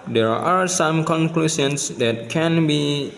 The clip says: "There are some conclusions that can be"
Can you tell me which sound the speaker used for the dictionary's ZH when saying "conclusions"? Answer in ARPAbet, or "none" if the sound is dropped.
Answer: S